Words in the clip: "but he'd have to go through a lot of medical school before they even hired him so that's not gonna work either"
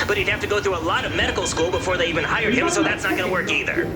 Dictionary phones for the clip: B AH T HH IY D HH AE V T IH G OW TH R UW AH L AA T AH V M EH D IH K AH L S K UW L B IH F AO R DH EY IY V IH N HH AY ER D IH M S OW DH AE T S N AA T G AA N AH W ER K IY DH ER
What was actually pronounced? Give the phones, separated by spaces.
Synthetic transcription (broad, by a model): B AH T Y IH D HH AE F T IH G OW TH R UW AH L AA T AH V M EH D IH K L S K UW L B IH F AO R DH EY IY V IH N HH AY ER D IH M S OW DH AE T S N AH T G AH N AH W ER K IY DH ER